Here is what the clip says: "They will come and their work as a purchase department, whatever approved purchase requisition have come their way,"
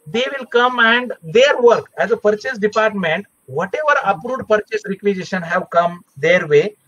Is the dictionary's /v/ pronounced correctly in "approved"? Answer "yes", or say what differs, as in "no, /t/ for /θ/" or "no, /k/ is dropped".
no, /v/ is dropped